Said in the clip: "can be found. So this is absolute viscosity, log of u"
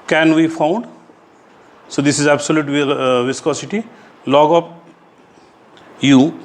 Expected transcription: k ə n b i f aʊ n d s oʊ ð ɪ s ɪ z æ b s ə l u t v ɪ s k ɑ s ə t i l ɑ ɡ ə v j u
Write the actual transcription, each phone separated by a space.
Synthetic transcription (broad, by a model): k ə n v i f aʊ n d s oʊ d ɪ s ɪ z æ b s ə l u t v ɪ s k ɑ s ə t i l ɑ ɡ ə p j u